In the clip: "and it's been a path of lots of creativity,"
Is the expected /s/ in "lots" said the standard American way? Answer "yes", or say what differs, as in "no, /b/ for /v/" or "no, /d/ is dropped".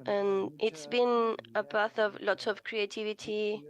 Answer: no, /s/ is dropped